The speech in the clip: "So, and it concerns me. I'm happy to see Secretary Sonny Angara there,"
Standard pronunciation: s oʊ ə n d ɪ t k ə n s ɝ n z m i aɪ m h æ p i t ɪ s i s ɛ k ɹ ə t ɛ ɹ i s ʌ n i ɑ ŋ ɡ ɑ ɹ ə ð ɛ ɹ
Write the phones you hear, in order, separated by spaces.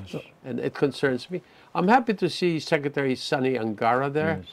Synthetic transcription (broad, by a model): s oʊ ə n ɪ t k ə n s ɝ n z m i aɪ m h æ p i t ɪ s i s ɛ k ɹ ə t ɛ ɹ i s ʌ n i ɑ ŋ ɡ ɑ ɹ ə ð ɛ ɹ